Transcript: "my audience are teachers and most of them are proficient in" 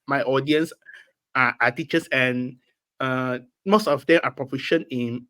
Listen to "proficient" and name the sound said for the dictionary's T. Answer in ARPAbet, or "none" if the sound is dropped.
none